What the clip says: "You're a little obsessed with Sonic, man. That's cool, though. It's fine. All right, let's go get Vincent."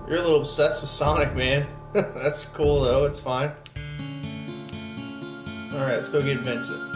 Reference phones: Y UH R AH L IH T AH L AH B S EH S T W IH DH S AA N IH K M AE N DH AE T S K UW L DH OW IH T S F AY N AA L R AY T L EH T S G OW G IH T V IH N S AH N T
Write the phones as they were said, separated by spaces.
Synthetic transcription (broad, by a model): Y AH R AH L IH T L AH B S EH S T W IH DH S AA N IH K M AE N DH AE T S K UW L DH OW IH T S F AY N AA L R AY T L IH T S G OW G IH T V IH N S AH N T